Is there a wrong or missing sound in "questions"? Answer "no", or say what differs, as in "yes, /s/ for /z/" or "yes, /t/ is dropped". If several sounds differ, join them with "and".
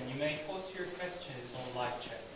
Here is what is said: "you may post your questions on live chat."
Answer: no